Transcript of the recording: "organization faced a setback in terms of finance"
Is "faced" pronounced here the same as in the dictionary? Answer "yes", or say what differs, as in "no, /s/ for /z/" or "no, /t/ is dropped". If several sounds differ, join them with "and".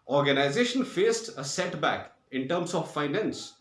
yes